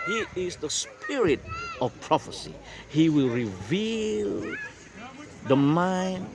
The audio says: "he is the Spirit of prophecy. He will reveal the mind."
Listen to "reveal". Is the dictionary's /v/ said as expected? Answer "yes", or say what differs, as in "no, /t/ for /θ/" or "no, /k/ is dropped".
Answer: yes